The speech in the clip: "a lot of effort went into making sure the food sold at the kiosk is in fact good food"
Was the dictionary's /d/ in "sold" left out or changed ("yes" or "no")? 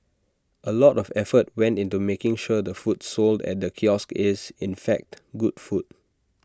no